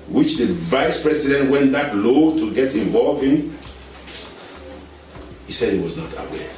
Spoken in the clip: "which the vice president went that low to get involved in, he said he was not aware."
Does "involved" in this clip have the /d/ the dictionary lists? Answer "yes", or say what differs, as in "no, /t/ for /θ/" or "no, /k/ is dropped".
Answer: no, /d/ is dropped